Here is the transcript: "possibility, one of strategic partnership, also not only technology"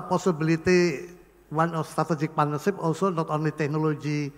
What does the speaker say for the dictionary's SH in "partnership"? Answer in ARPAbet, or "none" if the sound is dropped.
S